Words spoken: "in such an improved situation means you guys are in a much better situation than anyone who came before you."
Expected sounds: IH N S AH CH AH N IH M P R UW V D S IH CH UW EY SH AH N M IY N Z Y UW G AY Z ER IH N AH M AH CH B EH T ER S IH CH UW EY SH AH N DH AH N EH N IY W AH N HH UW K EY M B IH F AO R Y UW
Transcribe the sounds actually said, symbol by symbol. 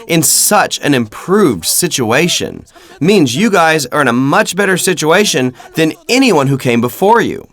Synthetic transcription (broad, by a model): IH N S AH CH AH N IH M P R UW V D S IH CH UW EY SH AH N M IY N Z Y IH G AY Z ER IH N AH M AH CH B EH T ER S IH CH UW EY SH AH N DH AH N EH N IY W AH N HH UW K EY M B IH F AO R Y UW